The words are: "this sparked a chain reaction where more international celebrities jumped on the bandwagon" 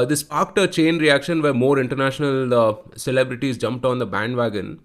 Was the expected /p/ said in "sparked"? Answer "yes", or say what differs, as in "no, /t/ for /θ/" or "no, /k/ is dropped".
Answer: no, /p/ is dropped